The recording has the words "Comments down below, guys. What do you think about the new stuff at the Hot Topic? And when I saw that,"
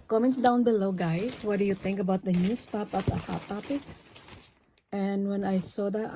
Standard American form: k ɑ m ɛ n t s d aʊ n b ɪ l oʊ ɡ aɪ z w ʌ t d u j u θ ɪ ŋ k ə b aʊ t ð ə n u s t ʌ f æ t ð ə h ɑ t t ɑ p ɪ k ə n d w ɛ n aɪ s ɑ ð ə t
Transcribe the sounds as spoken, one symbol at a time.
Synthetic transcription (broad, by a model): k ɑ m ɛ n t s d aʊ n b ɪ l oʊ ɡ aɪ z w ʌ t d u j u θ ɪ ŋ k ə b aʊ t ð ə n u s t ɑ p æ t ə h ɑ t t ɑ p ɪ k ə n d w ɛ n aɪ s ɑ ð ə t